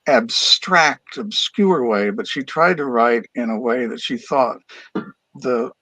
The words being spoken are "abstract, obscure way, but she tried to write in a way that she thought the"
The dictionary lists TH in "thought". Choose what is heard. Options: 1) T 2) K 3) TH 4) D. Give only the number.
3